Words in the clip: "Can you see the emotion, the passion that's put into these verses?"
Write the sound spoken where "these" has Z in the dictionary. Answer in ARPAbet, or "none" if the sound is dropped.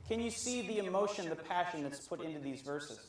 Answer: Z